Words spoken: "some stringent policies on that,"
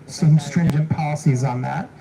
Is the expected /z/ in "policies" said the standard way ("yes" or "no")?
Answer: yes